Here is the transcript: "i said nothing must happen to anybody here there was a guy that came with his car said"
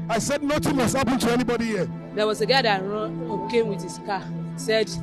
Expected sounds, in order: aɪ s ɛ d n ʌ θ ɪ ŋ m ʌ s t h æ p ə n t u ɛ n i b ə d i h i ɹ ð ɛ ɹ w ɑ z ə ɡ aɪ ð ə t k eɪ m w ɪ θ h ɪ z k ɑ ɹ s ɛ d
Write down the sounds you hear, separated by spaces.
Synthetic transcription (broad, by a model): aɪ s ɛ d n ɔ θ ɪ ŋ m ʌ s t h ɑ p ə n t u ɛ n i b ə d i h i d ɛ w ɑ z ə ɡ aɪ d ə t k eɪ m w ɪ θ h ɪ s k ɑ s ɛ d